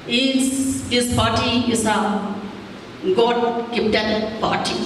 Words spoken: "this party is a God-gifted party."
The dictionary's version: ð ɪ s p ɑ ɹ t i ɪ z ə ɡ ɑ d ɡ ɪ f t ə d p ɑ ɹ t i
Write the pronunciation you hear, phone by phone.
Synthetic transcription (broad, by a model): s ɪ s p ɑ ɹ t i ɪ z ə ɡ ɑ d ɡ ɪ p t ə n p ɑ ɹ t i